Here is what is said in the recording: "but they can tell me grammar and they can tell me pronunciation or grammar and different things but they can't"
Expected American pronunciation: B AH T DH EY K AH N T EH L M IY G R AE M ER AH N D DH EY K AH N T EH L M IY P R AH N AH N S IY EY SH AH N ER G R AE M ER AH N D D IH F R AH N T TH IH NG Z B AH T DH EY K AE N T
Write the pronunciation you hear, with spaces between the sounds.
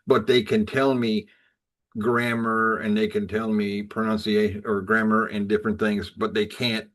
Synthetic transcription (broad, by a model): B AH T DH EY K AH N T EH L M IY G R AE M ER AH N DH EY K AH N T EH L M IY P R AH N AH N S IY EY AH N ER G R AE M ER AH N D D IH F R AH N TH IH NG Z B AH T DH EY K AE N T